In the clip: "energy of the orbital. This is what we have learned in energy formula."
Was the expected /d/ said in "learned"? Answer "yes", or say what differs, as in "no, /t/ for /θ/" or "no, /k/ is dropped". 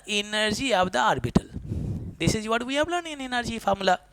no, /d/ is dropped